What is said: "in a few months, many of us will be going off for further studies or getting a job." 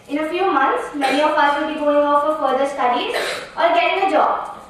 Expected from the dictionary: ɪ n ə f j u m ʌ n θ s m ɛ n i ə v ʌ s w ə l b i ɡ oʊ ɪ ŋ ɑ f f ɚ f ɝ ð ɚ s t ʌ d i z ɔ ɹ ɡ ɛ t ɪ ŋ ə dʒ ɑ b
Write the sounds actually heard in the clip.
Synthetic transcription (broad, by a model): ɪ n ə f j u m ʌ n t s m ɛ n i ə p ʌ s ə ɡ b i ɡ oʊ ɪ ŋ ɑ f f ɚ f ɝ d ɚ s t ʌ d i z ɔ ɹ ɡ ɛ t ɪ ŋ ə dʒ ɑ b